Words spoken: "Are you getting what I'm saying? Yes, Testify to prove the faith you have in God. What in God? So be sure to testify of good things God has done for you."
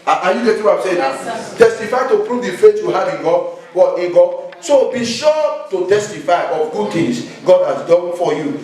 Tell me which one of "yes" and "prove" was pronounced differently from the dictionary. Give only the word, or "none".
yes